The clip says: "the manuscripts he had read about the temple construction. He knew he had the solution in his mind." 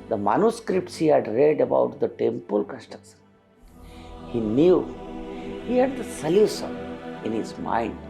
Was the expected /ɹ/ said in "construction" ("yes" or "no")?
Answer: no